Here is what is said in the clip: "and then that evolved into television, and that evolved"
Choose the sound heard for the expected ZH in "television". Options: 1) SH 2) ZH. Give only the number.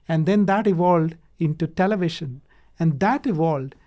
1